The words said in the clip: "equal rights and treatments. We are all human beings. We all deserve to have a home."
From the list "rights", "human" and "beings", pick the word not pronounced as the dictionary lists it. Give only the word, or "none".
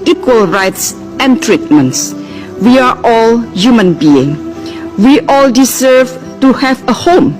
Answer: beings